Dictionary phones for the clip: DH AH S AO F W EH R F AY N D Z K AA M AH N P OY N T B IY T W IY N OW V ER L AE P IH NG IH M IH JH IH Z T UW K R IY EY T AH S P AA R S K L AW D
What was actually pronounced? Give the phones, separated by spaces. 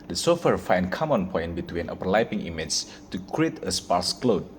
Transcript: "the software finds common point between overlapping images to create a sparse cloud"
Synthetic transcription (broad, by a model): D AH S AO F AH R F AY N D K AA M AH N P OY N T B IY T W IY N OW P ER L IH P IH NG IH M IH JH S T UW K R IY EY T AH S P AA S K L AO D